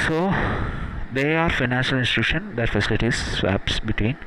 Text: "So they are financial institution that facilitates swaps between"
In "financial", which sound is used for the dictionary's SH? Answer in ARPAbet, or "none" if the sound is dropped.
SH